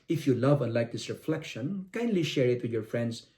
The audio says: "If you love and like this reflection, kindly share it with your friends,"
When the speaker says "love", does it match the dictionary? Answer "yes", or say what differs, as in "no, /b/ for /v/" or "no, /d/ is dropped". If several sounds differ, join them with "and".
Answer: yes